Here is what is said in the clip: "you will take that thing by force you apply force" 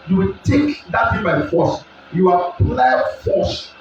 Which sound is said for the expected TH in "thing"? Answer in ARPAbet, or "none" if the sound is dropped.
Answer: F